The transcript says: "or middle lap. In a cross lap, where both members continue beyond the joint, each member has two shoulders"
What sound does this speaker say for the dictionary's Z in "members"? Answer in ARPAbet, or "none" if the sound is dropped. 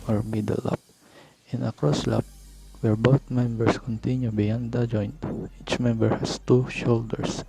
S